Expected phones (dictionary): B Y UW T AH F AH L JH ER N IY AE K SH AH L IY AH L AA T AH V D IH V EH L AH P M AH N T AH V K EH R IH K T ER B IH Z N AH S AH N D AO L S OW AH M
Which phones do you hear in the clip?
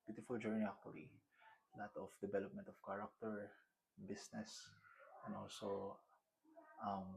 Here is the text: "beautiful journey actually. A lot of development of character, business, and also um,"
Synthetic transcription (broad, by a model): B Y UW T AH F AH L JH ER N IY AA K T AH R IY L AA T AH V D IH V EH L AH P M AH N T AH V K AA R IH K T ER B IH S N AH S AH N AO L S OW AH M